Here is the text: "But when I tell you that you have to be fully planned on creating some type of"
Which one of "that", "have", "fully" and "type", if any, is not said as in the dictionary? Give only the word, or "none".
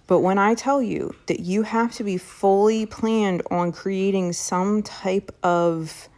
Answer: have